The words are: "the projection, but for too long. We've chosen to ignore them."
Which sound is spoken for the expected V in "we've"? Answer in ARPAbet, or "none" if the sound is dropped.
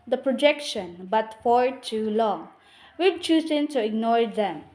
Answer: B